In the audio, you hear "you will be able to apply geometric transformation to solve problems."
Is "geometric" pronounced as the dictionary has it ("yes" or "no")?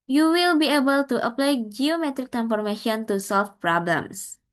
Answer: yes